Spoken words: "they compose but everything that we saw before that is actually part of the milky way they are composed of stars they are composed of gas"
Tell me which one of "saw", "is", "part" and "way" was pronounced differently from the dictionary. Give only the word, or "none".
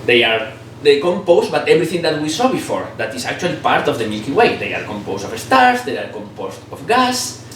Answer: is